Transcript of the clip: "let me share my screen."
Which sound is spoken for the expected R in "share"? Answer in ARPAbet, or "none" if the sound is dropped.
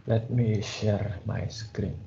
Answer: R